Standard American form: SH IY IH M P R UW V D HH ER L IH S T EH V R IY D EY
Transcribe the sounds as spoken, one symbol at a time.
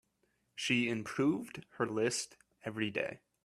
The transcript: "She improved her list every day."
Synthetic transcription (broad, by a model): SH IY IH M P R UW V D HH ER L IH S T EH V R IY D EY